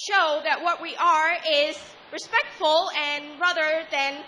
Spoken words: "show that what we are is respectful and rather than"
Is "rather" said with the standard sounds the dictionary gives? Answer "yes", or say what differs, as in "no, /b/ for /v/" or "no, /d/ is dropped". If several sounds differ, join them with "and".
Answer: yes